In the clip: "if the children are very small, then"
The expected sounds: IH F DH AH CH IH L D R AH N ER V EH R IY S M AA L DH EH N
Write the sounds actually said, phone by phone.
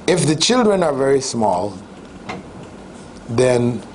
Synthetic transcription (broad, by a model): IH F DH AH CH IH L D R AH N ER V EH R IY S M AA L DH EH N